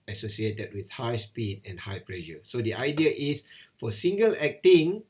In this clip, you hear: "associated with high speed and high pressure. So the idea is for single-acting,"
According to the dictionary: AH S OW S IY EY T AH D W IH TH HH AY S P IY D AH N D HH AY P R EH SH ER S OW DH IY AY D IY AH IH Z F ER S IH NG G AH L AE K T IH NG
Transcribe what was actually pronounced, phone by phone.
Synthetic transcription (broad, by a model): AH S OW S IY EY T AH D W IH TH HH AY S P IY D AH N HH AY P L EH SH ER S OW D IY AY D IY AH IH S F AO S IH NG G AH L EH K T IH NG